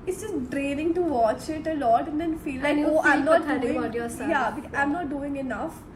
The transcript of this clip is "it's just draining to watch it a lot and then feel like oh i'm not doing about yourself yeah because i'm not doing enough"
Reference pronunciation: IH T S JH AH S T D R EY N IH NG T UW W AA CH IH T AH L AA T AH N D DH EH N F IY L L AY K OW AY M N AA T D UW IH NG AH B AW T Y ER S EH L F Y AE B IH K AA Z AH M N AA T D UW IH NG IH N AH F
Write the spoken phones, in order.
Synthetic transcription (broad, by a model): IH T S JH AH S T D R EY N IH NG T UW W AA CH IH T AH L AA T AH N D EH N F IY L L AY K OW AY M N AA T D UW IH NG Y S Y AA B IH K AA AH M N AA T D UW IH NG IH N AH F